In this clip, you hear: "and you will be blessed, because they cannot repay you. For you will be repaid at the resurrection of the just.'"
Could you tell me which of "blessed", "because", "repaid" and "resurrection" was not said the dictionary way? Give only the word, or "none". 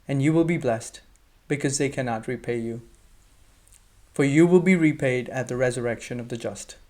none